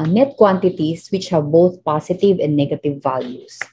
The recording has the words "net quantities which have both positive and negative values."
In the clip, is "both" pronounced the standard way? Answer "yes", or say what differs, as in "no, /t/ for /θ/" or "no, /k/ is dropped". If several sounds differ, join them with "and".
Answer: no, /t/ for /θ/